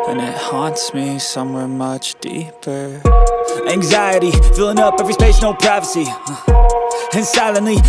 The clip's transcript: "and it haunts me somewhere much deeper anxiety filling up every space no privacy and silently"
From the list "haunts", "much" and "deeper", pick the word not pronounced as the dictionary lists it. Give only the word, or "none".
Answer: none